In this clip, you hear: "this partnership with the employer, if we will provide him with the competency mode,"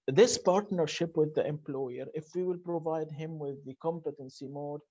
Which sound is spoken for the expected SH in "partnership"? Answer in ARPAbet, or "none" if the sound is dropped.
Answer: SH